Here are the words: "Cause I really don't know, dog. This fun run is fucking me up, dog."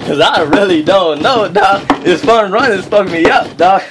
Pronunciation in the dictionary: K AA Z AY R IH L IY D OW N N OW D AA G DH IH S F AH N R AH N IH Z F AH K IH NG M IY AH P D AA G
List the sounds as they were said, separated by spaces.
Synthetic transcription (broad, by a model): K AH Z AY R IH L IY D OW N N OW D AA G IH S F AH N R AH N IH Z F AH IH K M IY AH P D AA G